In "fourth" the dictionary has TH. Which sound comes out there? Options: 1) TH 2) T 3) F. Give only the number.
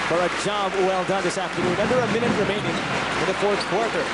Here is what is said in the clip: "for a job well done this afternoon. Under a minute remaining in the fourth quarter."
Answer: 1